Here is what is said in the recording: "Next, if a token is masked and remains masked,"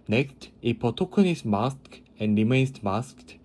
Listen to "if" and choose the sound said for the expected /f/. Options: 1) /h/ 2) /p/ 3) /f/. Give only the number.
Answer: 2